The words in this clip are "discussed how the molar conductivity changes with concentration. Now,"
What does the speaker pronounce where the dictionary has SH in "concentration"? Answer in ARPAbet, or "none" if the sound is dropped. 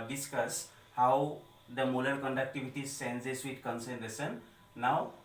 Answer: S